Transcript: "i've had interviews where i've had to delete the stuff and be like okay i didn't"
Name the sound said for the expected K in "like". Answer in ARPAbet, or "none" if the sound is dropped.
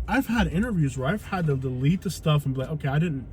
none